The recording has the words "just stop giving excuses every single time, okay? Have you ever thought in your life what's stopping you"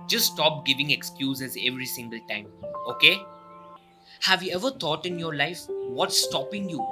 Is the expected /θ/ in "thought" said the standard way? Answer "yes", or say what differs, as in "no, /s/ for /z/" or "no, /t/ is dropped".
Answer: no, /t/ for /θ/